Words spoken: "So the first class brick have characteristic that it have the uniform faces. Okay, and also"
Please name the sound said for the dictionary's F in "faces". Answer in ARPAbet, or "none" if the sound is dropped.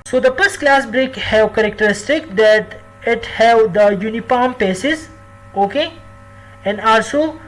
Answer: P